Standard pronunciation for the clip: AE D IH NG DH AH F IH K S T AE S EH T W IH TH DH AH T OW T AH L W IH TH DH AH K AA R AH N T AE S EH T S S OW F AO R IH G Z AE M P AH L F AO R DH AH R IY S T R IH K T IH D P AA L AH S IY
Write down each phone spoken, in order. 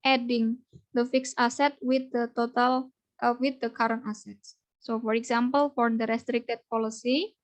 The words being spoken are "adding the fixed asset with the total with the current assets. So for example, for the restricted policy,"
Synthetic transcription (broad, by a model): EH D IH NG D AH F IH K S AA S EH T W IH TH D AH T OW T AH L W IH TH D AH K AA R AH N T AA S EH T S S OW F AO R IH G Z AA M P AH L F AO R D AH R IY S T R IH K T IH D P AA L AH S IY